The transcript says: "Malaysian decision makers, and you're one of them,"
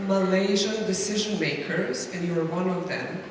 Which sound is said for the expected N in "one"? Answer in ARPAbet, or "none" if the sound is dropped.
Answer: N